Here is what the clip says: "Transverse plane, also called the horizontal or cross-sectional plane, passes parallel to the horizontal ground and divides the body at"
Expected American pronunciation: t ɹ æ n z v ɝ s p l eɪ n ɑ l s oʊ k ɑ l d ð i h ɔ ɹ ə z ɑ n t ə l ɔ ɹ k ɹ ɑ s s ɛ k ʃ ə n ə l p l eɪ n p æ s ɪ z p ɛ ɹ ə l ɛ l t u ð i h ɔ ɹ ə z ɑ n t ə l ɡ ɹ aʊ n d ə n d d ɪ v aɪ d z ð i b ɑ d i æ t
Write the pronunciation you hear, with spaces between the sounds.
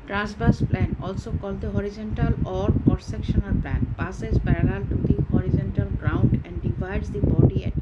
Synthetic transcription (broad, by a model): t ɹ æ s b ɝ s p l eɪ n ɑ l s oʊ k ɑ l d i h ɔ ɹ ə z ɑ n t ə l ɔ ɹ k ɑ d s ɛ k ʃ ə n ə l p l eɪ n p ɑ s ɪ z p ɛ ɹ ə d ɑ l t u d i h ɔ ɹ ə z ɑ n t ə l ɡ ɹ aʊ n d ə n d d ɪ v aɪ d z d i b ɑ d i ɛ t